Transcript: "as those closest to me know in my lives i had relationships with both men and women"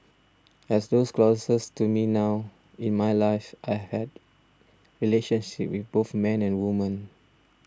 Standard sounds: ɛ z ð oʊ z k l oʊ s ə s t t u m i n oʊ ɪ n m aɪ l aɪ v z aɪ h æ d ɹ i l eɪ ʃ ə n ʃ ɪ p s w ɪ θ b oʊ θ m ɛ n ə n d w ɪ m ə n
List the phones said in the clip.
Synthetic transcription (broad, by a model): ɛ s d oʊ s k l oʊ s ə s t t u m i n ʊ ɪ n m aɪ l aɪ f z aɪ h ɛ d ɹ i l eɪ ʃ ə n ʃ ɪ p w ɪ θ b oʊ θ m ɛ n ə n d w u m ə n